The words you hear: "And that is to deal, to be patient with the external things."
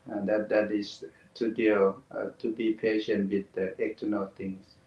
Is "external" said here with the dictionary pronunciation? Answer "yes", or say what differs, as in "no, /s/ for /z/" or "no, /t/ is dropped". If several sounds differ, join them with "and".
no, /s/ is dropped